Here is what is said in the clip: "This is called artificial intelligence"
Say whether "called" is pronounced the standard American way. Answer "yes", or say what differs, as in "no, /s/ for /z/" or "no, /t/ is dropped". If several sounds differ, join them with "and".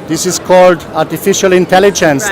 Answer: yes